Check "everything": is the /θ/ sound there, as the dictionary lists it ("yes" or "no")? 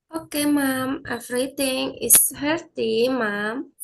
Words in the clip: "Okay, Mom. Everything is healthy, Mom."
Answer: no